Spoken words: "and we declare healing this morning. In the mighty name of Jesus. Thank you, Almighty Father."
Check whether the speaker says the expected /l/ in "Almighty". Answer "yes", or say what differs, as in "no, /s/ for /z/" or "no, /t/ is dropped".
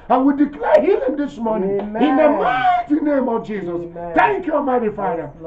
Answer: no, /l/ is dropped